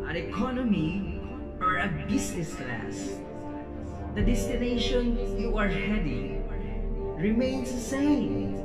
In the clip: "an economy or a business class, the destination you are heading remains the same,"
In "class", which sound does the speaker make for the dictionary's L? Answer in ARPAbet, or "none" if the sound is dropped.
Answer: L